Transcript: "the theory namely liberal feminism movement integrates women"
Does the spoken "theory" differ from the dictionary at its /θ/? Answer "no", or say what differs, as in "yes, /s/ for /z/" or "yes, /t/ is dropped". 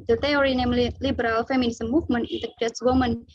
yes, /t/ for /θ/